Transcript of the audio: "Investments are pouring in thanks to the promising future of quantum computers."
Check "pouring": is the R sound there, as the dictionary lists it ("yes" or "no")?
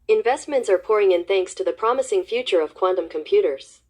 yes